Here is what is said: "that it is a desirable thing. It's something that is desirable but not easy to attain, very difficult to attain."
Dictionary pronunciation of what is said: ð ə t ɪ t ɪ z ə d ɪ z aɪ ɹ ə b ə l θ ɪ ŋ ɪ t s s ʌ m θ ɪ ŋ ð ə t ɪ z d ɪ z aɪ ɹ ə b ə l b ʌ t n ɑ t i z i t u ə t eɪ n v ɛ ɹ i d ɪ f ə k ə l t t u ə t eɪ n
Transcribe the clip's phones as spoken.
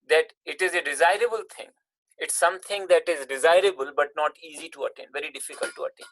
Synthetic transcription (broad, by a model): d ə t ɪ t ɪ z ə d ɪ z aɪ ɹ ə b ə l t ɪ ŋ ɪ t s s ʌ m t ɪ ŋ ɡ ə t ɪ z d ɪ z aɪ ɹ ə b ə l b ʌ t n ɑ t i z i t u ə t eɪ n v ɛ ɹ i d ɪ f ə k ə l t t u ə t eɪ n